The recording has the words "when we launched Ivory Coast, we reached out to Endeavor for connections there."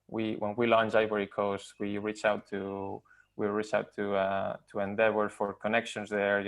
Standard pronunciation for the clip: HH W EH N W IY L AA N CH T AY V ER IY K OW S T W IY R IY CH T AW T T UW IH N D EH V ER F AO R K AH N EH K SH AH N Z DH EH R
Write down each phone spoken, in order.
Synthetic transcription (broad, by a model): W W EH N W IY L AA N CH AY B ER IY K OW S T W IY R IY CH T AW T T UW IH N D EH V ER F AO R K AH N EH K SH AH N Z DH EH R